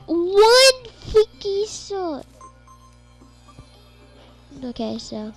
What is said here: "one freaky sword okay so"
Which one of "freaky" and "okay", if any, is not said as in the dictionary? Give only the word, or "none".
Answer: freaky